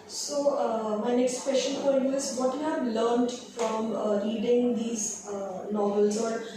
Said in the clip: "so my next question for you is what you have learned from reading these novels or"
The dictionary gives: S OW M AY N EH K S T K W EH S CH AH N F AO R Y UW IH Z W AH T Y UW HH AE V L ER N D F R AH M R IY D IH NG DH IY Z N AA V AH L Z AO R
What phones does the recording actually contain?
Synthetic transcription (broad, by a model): S OW M AY N EH K S T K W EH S SH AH N P AO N Y UW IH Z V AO T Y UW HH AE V L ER N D F R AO M R IY D IH NG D IY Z N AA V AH L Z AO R